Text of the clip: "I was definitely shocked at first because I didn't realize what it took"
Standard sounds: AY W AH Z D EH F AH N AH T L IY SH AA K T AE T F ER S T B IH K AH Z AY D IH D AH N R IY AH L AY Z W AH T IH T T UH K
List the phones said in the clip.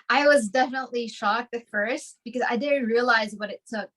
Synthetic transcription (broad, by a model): AY W AH Z D EH F AH N AH T L IY SH AA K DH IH F ER S T B IH K AH Z AY D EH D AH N R IY AH L AY Z W AH T IH T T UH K